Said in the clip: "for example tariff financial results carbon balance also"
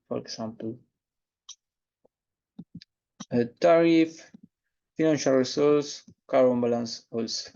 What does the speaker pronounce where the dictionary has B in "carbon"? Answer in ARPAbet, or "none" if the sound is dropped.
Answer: none